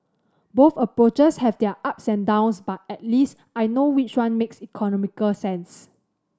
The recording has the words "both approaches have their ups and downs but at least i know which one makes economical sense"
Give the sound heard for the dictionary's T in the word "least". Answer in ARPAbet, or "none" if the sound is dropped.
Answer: T